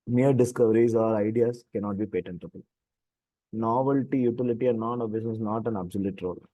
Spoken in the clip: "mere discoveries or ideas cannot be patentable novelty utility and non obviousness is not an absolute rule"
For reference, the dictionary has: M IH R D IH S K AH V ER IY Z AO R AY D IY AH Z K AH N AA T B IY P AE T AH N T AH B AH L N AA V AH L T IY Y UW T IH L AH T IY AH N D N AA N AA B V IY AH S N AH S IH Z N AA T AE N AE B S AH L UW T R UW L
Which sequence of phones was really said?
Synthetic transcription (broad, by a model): M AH R D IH S K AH V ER IY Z AO R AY D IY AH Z K AH N AA T B IY P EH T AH N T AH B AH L N AA V AH L T IY Y UW T IH L AH T IY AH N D N AA N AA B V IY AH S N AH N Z N AA T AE N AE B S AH L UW T R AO L